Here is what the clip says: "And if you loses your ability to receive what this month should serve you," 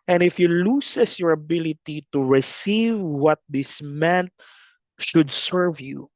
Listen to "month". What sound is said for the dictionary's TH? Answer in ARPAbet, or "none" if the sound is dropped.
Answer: T